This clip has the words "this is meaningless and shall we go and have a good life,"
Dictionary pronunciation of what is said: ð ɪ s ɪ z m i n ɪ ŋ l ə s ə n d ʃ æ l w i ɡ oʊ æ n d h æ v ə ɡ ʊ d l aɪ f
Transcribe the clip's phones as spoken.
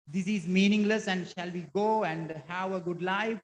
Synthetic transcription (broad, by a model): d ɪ s ɪ z m i n ɪ ŋ l ə s ə n d ʃ æ l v i ɡ oʊ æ n d h æ v ə ɡ ʊ d l aɪ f